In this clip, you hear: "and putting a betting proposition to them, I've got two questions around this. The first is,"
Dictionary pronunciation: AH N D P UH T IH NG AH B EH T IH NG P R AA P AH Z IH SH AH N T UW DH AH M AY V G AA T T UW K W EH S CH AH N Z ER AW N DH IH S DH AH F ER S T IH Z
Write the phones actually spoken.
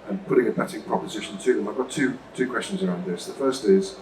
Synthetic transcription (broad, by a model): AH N P UH T IH NG AH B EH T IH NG P R AA P AH Z IH SH AH N T UW DH AH M AY V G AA T T UW K W EH S CH AH N Z ER AW N DH IH S DH AH F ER S T IH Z